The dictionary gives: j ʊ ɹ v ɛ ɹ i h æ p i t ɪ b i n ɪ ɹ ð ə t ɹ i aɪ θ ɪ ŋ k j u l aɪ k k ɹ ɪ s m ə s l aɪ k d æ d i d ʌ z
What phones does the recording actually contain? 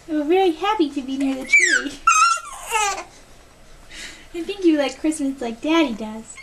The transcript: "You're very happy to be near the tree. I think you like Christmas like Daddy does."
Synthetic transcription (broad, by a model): ɹ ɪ l i h æ p i t ɪ b i n ɪ ɹ ð ə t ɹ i aɪ θ ɪ ŋ k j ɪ l aɪ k k ɹ ɪ s m ə s l aɪ k d æ d i d ʌ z